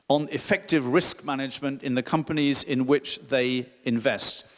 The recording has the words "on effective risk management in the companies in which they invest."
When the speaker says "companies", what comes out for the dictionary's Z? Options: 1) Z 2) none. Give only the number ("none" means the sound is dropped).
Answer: 1